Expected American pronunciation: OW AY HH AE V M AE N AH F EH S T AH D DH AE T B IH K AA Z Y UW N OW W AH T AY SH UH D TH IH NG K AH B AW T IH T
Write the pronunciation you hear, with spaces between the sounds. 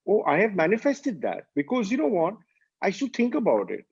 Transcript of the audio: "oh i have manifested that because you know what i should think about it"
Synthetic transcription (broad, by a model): OW AY HH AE V M AE N AH F EH S T AH D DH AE T B IH K AA Z Y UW N OW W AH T AY S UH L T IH NG K AH B AW T IH T